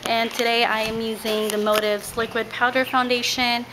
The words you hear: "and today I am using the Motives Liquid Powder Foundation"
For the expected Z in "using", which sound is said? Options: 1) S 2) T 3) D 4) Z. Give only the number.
4